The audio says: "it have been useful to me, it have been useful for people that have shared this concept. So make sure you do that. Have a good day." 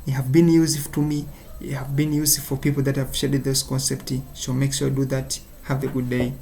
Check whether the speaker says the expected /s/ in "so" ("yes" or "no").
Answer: no